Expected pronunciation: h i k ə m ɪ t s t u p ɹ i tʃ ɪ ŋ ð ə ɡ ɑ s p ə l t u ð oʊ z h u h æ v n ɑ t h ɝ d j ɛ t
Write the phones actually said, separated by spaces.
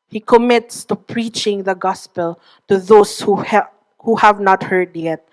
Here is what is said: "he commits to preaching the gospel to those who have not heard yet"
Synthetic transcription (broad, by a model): h i k ə m ɪ t s t u p ɹ i tʃ ɪ ŋ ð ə ɡ ɑ s p ə l t u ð oʊ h h u h æ v n ɑ t h ɝ d j ɛ t